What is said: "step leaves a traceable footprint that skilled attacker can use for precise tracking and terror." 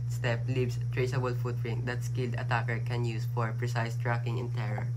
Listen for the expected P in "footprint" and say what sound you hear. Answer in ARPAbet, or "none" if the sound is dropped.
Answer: none